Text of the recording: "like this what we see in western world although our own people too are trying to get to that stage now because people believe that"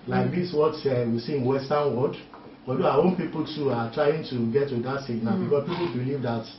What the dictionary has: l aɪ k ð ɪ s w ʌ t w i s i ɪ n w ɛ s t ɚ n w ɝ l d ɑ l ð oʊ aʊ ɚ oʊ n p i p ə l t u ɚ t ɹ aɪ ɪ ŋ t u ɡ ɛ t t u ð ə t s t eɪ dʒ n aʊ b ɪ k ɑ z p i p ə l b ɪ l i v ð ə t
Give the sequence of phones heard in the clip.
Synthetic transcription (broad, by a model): l aɪ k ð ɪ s w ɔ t w i s i ɪ n w ɛ s t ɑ n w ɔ d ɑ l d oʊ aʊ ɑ oʊ n p i p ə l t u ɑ t ɹ aɪ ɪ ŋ t u ɡ ɛ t t u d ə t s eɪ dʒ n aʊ b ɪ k ɑ s p i p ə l b ɪ l i v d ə t